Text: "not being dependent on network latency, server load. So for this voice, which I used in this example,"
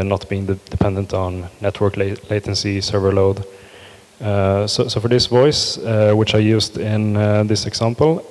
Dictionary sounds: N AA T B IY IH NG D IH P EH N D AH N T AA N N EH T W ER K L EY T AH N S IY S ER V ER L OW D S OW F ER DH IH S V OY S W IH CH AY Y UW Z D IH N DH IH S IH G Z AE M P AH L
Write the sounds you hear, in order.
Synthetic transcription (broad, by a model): N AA T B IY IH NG D IH P EH N D AH N T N N EH T W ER K L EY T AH N S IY S ER V ER L OW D S OW F ER DH IH S V OY S W IH CH AY Y UW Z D IH N DH IH S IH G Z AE M P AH L